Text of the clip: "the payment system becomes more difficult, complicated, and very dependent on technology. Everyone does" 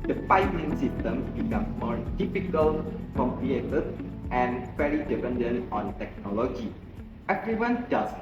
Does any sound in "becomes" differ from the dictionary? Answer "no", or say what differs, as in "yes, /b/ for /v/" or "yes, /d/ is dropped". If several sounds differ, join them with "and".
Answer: yes, /z/ is dropped